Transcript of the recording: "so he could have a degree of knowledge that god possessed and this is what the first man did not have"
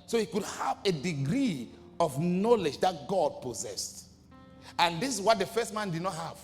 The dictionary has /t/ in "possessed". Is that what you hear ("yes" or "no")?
yes